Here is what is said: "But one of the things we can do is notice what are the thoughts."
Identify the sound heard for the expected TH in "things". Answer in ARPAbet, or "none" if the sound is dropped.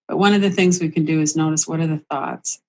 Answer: TH